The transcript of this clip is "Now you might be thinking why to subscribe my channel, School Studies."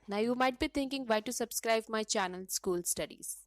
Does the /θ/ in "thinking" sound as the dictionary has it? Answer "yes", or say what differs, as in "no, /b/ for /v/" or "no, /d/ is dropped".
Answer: no, /t/ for /θ/